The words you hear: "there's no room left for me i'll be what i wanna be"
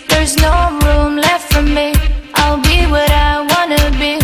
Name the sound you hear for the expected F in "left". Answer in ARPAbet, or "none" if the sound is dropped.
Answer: F